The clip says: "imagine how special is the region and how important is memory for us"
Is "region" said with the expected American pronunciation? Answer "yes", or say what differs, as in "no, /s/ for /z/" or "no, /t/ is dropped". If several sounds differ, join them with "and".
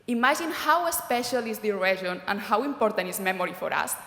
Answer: no, /ʒ/ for /dʒ/